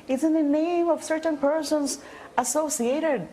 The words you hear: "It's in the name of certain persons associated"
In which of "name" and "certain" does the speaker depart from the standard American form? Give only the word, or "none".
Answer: none